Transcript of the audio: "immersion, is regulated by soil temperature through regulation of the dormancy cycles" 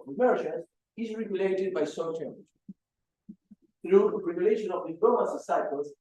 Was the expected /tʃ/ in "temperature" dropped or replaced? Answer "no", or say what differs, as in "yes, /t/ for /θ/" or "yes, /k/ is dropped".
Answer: yes, /tʃ/ is dropped